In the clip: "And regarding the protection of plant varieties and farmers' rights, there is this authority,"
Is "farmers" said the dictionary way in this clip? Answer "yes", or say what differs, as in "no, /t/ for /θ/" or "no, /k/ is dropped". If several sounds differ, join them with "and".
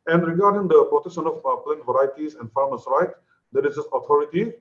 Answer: no, /s/ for /z/